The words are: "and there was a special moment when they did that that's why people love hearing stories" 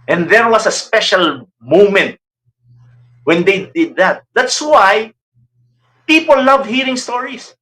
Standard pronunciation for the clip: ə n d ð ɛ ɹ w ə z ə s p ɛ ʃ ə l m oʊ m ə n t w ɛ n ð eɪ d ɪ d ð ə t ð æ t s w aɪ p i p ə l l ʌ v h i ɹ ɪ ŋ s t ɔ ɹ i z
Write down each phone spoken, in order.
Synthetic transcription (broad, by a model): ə n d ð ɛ ɹ w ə s ə s p ɛ ʃ ə l m oʊ m ə n t w ɛ n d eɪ d ɪ d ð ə t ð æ t s w aɪ p i p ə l l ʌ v h i ɹ ɪ ŋ s t ɔ ɹ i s